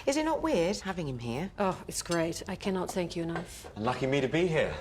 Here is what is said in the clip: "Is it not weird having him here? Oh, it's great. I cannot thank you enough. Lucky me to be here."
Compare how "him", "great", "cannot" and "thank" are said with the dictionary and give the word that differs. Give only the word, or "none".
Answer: none